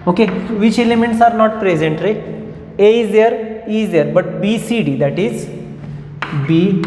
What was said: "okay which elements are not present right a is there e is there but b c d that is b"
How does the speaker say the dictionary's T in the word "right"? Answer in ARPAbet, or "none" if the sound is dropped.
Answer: none